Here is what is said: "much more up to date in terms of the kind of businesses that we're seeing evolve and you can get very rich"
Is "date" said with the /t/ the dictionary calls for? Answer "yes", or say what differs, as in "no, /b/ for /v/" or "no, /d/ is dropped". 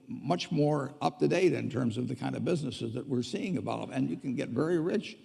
yes